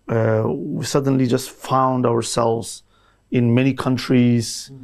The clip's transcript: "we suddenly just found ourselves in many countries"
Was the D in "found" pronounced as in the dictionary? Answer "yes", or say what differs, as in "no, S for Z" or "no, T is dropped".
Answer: yes